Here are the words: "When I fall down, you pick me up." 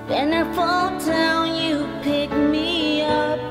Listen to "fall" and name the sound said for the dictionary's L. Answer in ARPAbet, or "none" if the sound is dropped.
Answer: L